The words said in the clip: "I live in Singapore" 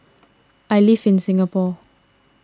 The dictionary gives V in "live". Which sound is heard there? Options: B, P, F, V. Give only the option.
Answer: F